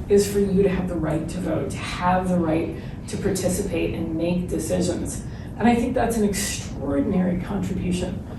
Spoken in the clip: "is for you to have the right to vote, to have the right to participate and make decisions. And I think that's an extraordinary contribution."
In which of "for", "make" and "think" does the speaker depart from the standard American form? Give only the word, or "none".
none